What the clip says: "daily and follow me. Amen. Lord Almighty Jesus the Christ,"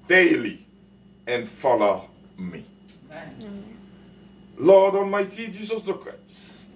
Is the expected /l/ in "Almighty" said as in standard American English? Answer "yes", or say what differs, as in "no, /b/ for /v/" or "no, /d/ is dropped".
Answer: no, /n/ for /l/